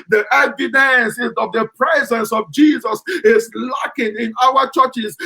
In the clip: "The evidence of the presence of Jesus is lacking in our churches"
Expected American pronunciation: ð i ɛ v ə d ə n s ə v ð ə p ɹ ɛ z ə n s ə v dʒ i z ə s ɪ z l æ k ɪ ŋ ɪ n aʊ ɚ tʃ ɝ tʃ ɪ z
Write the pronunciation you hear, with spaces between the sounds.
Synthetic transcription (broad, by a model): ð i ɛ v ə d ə n s ə v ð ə p ɹ ɛ z ə n s ə v dʒ i z ə s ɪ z l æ k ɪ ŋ ɪ n aʊ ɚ tʃ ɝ tʃ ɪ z